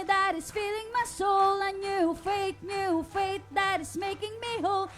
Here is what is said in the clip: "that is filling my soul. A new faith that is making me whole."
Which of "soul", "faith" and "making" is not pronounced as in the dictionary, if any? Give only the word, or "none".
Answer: faith